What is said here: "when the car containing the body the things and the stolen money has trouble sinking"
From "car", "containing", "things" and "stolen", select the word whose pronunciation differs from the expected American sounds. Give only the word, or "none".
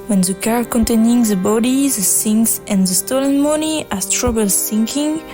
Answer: things